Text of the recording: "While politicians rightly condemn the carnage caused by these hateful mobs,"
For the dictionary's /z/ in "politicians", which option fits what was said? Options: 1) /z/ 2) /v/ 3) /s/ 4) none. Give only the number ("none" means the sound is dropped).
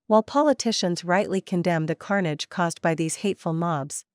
1